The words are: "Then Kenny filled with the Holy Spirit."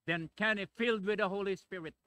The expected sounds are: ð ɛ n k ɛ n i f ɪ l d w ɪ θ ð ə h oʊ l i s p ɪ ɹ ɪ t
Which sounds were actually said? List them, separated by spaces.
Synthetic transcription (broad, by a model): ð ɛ n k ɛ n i f ɪ l d w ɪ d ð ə h oʊ l i s p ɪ ɹ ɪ t